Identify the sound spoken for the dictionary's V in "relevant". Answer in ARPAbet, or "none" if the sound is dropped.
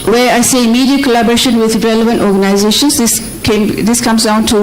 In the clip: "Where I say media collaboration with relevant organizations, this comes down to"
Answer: V